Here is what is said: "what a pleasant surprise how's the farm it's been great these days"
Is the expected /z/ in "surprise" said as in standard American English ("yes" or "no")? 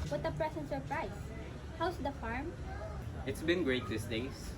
no